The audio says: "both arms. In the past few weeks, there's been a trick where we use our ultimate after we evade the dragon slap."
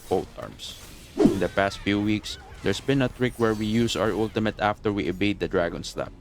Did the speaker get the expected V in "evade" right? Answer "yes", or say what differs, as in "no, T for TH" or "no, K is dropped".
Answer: no, B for V